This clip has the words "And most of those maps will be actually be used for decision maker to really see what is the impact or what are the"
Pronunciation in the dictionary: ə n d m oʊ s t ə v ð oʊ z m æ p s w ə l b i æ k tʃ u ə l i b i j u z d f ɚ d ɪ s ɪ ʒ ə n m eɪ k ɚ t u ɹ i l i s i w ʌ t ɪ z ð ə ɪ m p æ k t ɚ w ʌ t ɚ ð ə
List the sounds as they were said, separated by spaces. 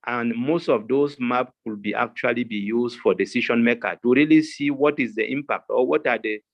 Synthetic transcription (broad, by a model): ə n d m oʊ s t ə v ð oʊ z m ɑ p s w ə l b i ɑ k tʃ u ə l i b i j u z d f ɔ d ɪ s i ʃ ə n m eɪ k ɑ t u ɹ i l i s i w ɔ t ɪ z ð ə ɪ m p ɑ k t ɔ w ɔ t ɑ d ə